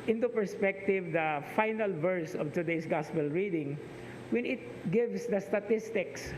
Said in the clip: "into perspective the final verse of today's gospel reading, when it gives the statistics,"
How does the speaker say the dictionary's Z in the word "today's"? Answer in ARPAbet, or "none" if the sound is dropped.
S